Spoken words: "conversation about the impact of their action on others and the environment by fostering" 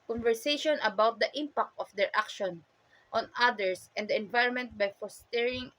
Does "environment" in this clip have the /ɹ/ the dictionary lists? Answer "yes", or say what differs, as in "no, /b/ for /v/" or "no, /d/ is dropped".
yes